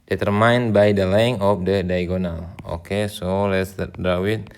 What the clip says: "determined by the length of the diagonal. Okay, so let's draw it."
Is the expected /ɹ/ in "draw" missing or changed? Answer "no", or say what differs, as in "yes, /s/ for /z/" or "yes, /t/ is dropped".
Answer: yes, /ɹ/ is dropped